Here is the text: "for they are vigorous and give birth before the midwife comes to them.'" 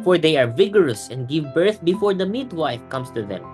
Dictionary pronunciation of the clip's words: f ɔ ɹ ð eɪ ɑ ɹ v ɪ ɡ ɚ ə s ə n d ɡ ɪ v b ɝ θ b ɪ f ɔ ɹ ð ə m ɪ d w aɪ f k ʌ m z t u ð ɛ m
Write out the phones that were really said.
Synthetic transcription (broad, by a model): f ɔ ɹ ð eɪ ɑ ɹ v ɪ ɡ ɚ ə s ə n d ɡ ɪ v b ɝ θ b ɪ f ɔ ɹ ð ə m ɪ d w aɪ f k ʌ m s t u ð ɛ m